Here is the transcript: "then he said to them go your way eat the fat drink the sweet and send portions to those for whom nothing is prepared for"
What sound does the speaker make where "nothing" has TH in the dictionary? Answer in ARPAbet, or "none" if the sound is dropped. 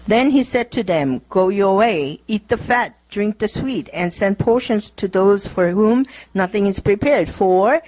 TH